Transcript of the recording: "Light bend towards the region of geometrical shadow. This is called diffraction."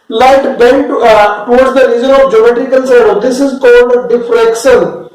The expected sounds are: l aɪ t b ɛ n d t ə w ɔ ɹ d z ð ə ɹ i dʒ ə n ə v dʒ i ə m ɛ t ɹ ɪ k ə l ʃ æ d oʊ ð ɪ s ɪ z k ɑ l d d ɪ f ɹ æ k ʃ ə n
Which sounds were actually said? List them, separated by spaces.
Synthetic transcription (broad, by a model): l aɪ t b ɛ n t t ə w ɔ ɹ d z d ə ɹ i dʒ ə n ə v dʒ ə m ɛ t ɹ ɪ k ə l s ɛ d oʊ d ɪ s ɪ z k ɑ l d d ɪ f ɹ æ k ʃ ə n